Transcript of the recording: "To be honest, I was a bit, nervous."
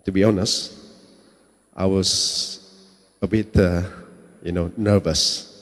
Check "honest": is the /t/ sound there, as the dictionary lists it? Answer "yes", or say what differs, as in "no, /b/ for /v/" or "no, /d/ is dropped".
yes